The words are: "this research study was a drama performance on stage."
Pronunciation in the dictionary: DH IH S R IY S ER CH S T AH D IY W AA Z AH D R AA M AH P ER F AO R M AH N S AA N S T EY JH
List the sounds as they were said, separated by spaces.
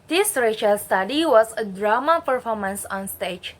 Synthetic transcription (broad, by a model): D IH S R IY SH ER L S T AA D IY W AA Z AH D R AA M AH P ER F AO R M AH N S AA N S T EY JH